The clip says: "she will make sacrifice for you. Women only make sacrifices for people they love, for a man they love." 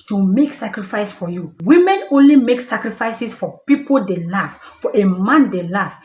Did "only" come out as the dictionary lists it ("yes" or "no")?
yes